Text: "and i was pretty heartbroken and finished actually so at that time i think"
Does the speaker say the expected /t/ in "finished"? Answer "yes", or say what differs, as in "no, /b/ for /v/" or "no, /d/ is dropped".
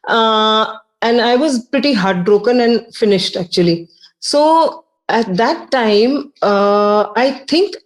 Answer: yes